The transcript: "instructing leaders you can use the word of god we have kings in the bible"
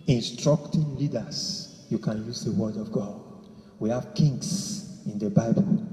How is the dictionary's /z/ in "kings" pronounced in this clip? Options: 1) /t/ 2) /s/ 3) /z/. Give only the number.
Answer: 2